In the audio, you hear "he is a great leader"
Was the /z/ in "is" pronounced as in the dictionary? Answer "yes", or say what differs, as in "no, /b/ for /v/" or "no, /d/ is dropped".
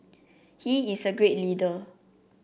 no, /s/ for /z/